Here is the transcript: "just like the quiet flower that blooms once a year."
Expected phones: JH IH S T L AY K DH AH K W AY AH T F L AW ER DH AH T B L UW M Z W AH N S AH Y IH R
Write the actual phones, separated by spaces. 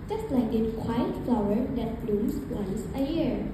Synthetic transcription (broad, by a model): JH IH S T L AY K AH K W AY AH T F L AW ER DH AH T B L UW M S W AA S AH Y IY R